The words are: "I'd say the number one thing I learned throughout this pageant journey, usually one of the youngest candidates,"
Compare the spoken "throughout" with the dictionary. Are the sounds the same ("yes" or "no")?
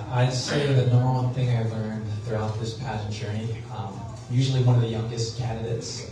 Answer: yes